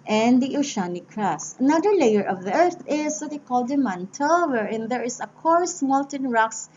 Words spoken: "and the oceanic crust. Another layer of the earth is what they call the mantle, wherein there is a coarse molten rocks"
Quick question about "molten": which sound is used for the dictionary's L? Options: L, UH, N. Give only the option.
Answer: L